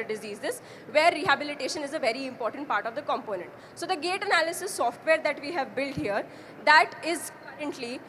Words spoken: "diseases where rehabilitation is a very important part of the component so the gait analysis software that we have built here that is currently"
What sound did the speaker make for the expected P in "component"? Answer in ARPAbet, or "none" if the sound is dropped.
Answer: P